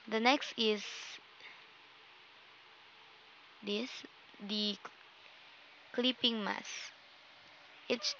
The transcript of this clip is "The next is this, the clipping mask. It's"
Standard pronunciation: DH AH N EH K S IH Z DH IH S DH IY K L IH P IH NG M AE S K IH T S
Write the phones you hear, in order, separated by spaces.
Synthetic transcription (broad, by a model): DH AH N EH K S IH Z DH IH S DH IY K L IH P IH NG M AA S IH T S